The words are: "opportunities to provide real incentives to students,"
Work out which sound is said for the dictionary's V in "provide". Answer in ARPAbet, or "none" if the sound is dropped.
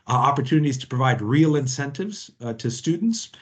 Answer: V